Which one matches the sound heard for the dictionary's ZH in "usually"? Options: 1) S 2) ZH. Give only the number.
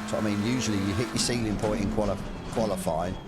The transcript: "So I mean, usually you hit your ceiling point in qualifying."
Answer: 2